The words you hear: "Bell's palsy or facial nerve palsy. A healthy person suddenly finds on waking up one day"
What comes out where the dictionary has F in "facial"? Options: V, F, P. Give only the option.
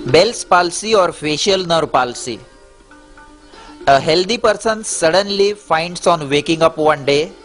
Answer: F